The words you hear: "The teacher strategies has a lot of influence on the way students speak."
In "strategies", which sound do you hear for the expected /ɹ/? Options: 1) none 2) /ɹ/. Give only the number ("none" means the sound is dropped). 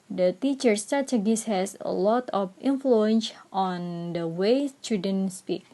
1